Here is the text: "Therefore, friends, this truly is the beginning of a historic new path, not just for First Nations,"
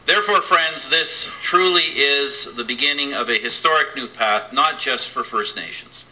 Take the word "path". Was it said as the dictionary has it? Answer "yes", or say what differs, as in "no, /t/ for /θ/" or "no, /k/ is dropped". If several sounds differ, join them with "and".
yes